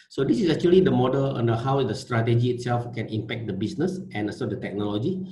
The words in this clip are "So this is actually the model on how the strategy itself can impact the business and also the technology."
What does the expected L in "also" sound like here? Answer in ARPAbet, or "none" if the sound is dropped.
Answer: none